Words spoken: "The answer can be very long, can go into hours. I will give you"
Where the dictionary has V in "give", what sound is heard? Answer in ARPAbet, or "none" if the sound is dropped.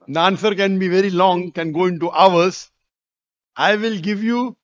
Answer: V